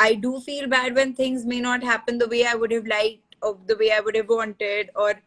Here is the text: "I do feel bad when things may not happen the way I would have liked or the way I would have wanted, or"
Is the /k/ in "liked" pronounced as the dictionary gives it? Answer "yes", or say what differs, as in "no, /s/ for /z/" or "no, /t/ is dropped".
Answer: no, /k/ is dropped